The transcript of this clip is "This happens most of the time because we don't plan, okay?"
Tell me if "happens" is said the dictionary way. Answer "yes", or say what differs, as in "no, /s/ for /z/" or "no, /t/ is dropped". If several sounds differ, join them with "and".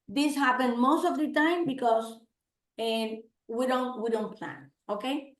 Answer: no, /z/ is dropped